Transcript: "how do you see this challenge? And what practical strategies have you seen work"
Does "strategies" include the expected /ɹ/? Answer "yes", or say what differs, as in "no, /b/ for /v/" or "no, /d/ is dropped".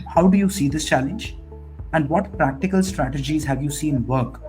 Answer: yes